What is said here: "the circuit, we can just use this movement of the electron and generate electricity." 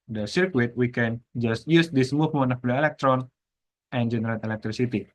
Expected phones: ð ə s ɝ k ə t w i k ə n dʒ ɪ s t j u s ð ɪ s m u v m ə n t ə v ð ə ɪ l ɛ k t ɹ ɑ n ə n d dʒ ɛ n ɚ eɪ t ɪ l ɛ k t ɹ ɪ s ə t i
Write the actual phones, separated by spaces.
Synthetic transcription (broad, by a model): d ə s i k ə t w i k ə n dʒ ɪ s t j u s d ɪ s m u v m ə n ə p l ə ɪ l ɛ k t ɹ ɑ n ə n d dʒ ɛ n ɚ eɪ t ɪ l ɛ k t ɹ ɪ s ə t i